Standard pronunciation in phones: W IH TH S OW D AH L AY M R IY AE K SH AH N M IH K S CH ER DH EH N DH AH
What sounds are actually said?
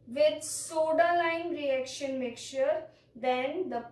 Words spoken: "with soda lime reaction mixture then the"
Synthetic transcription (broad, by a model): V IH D S OW D AH L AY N R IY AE K SH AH N M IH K CH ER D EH N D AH